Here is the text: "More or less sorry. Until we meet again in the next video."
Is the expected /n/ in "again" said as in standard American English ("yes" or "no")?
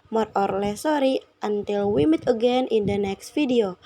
yes